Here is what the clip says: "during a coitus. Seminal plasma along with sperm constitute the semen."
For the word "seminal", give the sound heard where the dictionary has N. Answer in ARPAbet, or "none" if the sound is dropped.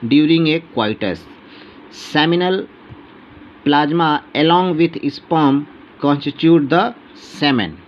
N